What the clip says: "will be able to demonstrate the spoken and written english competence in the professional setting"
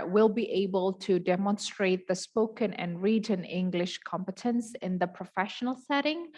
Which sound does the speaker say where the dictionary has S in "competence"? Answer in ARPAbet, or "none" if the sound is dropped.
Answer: S